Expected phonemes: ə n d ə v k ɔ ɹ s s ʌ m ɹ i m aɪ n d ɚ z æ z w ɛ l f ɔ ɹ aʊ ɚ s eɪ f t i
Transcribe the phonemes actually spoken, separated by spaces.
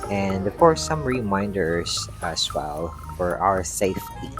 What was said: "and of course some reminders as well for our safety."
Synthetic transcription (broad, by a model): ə n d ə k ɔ ɹ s s ʌ m ɹ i m aɪ n d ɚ s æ s w ɛ l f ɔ ɹ aʊ ɚ s eɪ f t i